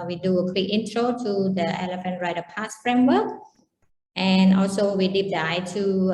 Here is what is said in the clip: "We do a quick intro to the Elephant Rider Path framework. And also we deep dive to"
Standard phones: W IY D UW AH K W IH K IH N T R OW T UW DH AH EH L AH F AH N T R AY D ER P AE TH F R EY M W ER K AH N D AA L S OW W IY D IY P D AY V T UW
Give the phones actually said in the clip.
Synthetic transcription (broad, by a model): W IY D UW AH K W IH K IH N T R OW T UW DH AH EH L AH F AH N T R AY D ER P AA S F R EY M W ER K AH N AA L S OW W IY D IY P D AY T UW